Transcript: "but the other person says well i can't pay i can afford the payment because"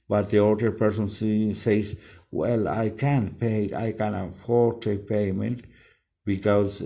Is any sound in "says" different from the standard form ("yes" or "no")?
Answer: yes